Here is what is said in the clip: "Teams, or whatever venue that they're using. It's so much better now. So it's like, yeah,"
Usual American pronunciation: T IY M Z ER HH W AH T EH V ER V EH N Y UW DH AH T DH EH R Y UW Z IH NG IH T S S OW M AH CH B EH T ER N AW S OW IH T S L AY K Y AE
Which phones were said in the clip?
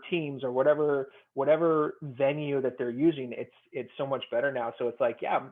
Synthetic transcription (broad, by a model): T IY M Z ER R W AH T EH V ER V EH N Y UW DH AH T DH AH R Y UW Z IH NG IH T S S OW M AH CH B EH T ER N AW S OW IH T S L AY K Y AE